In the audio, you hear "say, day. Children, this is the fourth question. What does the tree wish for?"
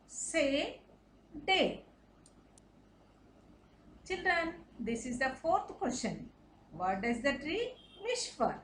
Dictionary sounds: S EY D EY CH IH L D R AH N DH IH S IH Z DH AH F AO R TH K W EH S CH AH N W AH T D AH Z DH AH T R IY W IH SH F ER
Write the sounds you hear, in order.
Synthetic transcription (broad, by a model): S EY D EY CH IH L D R AH N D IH S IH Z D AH F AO R T K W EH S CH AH N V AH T D AH Z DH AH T R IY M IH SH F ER